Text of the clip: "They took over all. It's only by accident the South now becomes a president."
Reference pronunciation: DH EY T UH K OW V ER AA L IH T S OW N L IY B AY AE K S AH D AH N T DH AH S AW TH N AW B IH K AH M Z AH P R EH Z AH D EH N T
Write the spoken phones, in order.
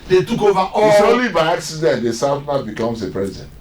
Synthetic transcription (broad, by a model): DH EY T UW K OW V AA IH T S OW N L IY B AY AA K S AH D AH N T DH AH S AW F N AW B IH K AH M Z AH P R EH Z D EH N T